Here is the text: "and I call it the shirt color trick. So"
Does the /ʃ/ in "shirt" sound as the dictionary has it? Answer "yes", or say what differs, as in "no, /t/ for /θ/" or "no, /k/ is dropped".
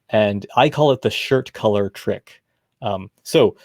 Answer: yes